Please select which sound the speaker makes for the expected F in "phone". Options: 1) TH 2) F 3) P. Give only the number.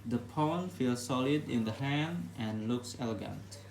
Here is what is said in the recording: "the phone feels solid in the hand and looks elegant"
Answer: 3